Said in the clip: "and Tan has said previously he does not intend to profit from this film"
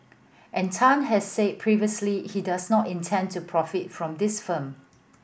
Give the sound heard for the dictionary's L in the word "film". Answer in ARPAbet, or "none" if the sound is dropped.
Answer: none